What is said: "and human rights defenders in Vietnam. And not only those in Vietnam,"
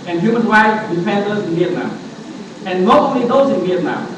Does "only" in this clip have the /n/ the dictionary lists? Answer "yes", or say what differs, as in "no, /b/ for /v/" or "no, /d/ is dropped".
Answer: no, /n/ is dropped